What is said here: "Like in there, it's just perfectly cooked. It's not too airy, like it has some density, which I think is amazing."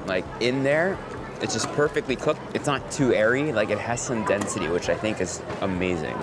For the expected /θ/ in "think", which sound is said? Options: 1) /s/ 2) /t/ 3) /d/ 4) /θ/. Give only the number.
4